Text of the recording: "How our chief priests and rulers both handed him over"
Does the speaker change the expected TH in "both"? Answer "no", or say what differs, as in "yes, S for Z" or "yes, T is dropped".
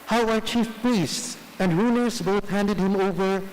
no